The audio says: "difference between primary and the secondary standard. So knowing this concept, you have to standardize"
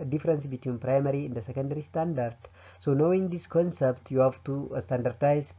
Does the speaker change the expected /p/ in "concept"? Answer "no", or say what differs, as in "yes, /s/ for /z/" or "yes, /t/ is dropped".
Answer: no